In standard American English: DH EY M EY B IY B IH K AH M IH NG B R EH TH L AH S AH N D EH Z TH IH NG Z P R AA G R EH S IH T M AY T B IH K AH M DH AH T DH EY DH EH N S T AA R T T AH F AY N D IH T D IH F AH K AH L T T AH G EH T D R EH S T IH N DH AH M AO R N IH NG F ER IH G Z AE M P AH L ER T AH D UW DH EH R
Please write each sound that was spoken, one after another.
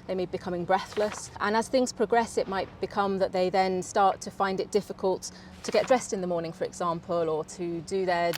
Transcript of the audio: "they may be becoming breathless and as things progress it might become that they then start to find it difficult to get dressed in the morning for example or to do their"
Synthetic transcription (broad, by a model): DH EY M EY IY B IH K AH M IH NG B R EH TH L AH S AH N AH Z TH IH NG Z P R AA G R EH S IH T M AY T B IH K AH M DH AH T DH EY DH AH N S T AA R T T AH F AY N D IH T D IH F AH K AH L T T AH G EH T D R EH S T IH N DH AH M AO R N IH NG F ER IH G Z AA M P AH L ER T AH D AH DH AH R